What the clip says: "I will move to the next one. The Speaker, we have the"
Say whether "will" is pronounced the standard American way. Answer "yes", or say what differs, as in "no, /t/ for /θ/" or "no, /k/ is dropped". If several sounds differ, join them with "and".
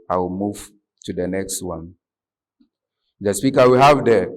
yes